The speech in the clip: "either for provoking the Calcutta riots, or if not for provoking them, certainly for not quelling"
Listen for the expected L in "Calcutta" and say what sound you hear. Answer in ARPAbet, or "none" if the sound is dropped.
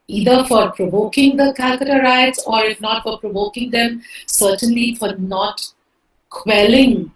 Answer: none